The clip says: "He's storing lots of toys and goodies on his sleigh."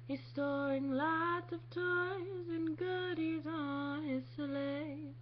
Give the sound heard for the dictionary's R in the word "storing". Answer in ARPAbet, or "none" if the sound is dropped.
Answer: none